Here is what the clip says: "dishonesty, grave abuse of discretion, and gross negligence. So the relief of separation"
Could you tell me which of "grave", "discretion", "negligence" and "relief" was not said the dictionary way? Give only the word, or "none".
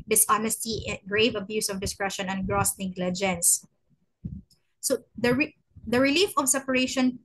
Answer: none